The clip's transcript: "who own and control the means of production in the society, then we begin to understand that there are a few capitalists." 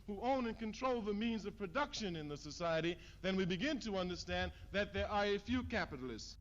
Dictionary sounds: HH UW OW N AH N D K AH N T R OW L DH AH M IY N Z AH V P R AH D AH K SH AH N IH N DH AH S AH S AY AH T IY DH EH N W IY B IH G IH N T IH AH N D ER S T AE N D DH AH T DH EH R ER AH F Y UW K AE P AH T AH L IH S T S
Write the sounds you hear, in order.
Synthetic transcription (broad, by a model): HH UW OW N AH N K AH N T R OW L DH AH M IY N Z AH V P R AH D AH K SH AH N IH N DH AH S AH S AY AH T IY DH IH N W IY B IH G IH N T IH AH N D ER S T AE N DH AH T DH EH R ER AH F Y UW K AE P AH T L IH S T S